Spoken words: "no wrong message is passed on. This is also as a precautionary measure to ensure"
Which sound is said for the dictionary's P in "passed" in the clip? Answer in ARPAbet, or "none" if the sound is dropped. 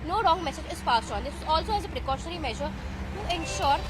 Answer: F